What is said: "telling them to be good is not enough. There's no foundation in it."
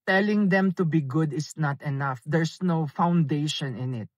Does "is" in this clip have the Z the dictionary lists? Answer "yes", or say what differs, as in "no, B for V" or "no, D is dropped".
no, S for Z